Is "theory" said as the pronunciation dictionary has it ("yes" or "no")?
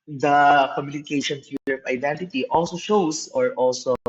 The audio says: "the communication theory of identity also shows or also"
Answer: no